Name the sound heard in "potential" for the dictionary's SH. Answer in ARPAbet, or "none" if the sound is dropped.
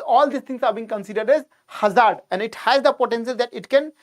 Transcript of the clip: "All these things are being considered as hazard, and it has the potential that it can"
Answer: S